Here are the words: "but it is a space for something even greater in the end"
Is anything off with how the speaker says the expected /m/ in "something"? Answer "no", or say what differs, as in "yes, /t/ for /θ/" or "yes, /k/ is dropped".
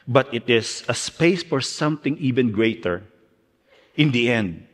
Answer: no